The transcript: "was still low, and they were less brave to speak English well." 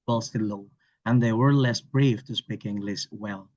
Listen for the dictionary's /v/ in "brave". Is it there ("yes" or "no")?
no